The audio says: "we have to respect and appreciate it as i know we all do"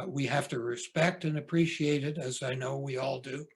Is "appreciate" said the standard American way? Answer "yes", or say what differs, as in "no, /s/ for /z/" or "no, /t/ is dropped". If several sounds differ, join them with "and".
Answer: yes